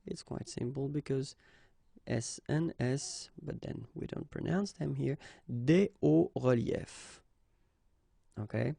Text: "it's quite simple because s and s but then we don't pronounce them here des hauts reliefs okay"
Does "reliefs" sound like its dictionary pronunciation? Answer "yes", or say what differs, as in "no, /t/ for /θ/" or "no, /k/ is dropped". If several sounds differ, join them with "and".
no, /s/ is dropped